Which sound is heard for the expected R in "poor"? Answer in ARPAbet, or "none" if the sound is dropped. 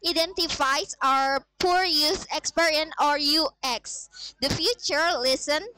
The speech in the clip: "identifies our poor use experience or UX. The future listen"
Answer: R